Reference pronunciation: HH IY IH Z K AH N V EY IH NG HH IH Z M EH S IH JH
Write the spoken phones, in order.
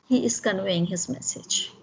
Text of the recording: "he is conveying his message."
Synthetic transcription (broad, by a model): HH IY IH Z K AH N W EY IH NG HH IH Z M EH S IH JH